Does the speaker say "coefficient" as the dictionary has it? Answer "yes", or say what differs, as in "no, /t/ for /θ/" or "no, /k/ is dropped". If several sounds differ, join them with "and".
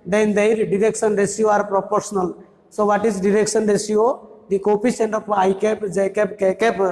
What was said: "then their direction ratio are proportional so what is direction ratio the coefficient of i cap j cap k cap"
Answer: no, /s/ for /ʃ/